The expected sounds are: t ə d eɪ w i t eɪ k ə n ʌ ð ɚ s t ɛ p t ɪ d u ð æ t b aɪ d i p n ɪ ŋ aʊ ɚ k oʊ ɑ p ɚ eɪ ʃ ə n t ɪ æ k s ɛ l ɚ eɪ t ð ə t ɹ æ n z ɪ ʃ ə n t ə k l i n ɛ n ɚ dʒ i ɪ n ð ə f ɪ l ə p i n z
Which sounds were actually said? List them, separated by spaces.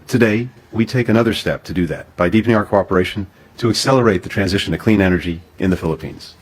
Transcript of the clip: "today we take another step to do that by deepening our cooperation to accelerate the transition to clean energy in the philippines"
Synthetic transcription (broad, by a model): t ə d eɪ w i t eɪ k ə n ʌ ð ɚ s t ɛ p t ɪ d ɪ ð æ t b aɪ d i p n ɪ ŋ aʊ ɚ k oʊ ɑ p ɚ eɪ ʃ n t ɪ k s ɛ l ɚ eɪ t ð ə t ɹ æ n z ɪ ʃ ə n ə k l i n ɛ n ɚ dʒ i ɪ n ð ə f ɪ l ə p i n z